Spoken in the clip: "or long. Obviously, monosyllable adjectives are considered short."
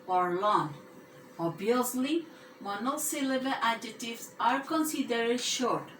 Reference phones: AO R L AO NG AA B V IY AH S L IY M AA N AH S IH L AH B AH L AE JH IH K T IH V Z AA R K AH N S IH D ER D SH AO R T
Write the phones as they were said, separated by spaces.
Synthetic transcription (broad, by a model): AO R L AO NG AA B IY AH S L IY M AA N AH S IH L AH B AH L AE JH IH T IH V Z AA R K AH N S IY D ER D SH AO R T